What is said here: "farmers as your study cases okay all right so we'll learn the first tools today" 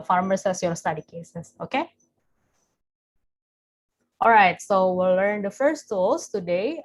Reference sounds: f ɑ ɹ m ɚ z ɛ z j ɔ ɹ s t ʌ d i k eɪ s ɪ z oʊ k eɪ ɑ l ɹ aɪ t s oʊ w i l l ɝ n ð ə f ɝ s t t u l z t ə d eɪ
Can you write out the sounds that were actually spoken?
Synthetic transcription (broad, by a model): f ɑ ɹ m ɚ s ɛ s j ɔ l s t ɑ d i k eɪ s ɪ s oʊ k eɪ ɑ l ɹ aɪ t s oʊ w i l l ɝ n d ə f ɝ s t t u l s t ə d eɪ